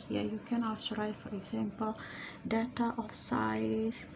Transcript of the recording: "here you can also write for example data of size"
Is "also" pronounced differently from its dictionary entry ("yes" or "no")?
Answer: yes